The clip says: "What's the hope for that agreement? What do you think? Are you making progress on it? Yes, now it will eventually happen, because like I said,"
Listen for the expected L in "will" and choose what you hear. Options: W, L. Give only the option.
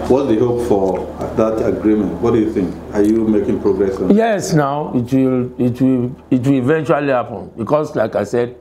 L